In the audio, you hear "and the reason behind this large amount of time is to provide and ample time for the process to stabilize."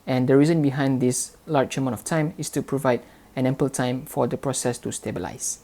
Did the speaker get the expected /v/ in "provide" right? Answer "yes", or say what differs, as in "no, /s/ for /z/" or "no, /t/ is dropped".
yes